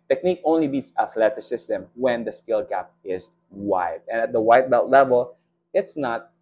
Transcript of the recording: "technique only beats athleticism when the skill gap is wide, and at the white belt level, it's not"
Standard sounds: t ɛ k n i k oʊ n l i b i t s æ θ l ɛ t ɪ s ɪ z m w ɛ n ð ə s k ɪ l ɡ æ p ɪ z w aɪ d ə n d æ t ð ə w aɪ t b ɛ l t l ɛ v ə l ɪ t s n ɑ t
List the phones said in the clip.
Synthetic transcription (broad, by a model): t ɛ k n i k oʊ n l i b i t s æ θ l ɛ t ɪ s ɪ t m w ɛ n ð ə s k ɪ l ɡ æ p ɪ z w aɪ d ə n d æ t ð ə w aɪ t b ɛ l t l ɛ v ə l ɪ t s n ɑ t